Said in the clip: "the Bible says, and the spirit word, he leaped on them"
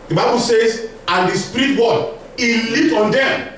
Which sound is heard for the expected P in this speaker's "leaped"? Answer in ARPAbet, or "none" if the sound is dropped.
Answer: none